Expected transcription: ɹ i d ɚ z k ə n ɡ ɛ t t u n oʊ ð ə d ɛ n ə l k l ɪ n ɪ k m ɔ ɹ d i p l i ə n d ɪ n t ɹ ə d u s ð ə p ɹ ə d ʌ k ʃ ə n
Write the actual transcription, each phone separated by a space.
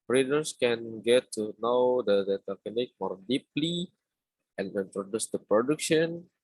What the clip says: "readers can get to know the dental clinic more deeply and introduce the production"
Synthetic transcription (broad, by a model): ɹ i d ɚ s k ə n ɡ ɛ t t u n oʊ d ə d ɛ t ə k ɪ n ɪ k m ɔ ɹ d i p l i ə n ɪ n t ɹ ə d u s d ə p ɹ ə d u k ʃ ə n